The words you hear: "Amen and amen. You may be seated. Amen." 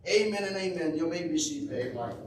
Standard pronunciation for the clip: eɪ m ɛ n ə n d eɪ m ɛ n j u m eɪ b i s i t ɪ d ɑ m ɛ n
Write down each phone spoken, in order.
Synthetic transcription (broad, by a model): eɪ m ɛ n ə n eɪ m ɛ n j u m eɪ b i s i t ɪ ɑ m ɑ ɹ